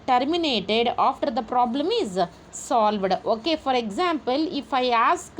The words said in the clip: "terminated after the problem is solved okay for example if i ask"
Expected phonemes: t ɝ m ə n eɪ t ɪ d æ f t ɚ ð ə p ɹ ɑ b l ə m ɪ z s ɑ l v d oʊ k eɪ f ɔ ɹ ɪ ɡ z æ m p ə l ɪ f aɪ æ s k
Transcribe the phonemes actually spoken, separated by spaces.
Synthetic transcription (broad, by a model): t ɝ m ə n eɪ t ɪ d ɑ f t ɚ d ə p ɹ ɑ b l ə m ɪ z s ɑ l v d oʊ k eɪ f ɔ ɹ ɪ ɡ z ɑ m p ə l ɪ f aɪ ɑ s k